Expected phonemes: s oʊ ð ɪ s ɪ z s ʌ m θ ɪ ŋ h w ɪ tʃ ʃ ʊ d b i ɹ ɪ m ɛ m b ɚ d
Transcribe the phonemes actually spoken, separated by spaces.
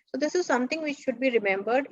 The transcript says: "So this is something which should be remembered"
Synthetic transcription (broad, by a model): s oʊ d ɪ s ɪ z s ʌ m t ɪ ŋ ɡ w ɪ tʃ ʃ ʊ d b i ɹ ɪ m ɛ m b ɚ d